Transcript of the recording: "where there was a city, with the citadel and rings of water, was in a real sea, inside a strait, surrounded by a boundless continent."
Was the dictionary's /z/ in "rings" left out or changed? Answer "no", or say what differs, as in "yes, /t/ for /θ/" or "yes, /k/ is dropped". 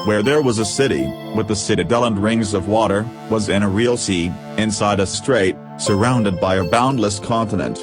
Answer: no